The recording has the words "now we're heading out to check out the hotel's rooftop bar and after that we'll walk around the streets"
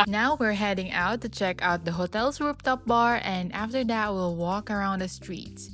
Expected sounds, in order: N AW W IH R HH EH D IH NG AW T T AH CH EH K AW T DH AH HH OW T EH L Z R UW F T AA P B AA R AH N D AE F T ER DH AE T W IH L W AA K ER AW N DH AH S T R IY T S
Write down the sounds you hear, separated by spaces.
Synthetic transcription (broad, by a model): N AW W IH R HH EH D IH NG AW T T AH CH EH K AW T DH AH HH OW T EH L S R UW P T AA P B AA R AH N D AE F T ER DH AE T W IH L W AA K ER AW N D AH S T R IY T S